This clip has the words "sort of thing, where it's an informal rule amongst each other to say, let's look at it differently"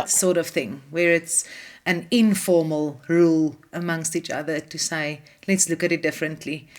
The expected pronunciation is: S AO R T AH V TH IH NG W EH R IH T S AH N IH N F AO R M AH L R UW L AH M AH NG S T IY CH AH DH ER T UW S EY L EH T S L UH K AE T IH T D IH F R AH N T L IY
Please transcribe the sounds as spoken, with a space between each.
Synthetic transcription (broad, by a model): S AO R T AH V TH IH NG W EH R IH T S AH N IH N F AO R M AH L R UW L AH M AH NG S T IY CH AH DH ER T UW S EY L EH T S L UH K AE T IH T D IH F R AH N T L IY